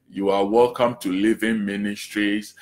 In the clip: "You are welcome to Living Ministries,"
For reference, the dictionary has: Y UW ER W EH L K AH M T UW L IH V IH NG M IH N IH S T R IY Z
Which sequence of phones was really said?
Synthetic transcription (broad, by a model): Y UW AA W EH L K AH M T UW L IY V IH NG M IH N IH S T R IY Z